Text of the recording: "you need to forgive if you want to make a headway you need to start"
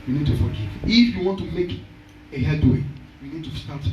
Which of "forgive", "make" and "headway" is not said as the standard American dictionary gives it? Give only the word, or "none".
forgive